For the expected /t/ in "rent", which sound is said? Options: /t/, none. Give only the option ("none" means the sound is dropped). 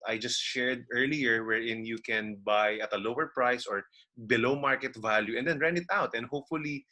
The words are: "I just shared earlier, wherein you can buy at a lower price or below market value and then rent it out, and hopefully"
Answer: none